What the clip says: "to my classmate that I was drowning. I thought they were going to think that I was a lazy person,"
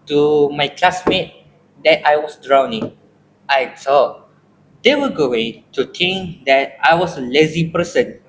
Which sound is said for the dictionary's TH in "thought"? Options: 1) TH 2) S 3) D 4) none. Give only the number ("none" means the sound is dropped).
2